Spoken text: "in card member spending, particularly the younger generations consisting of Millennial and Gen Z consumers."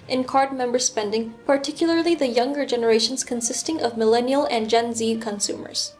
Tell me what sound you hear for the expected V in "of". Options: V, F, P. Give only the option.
V